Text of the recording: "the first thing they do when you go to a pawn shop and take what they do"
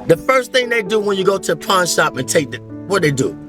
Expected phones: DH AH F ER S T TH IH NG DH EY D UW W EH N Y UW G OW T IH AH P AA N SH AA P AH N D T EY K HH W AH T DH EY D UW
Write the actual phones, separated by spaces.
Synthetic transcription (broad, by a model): DH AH F ER S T TH IH NG DH EY D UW W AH N Y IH G OW T IH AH P AA N SH AA P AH N T EY K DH W AH T DH EY D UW